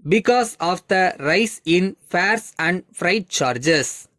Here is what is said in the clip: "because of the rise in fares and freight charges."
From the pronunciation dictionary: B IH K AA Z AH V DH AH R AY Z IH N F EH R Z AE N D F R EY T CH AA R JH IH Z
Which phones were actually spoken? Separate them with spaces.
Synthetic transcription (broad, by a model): B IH K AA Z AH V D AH R AY S IH N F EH R S AE N D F R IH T CH AA R JH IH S